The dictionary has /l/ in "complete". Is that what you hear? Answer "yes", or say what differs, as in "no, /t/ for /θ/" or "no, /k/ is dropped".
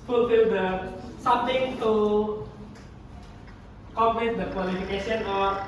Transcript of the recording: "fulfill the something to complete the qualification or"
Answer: no, /n/ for /l/